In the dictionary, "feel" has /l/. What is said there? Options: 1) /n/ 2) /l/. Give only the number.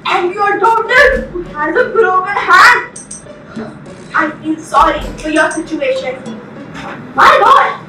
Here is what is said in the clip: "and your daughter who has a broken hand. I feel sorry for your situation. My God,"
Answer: 1